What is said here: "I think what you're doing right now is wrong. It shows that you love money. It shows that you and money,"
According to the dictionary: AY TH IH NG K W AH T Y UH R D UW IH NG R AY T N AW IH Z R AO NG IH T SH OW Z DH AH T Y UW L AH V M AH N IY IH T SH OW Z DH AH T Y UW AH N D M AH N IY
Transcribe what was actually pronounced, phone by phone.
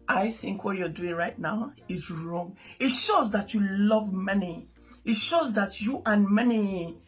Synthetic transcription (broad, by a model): AY TH IH NG K W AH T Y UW D UW IH NG R AY T N AW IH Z R AO NG IH T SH OW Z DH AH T Y UW L AH V M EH N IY IH T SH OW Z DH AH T Y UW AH N M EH N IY